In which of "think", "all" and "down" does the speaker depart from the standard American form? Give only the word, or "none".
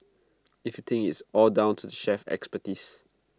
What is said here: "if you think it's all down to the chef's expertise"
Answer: think